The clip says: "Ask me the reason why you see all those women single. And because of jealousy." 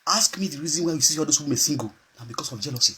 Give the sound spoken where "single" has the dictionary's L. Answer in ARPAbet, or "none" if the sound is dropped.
N